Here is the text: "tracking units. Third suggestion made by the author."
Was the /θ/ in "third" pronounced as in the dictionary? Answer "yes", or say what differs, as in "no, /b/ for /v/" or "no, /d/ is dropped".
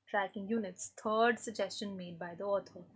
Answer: no, /t/ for /θ/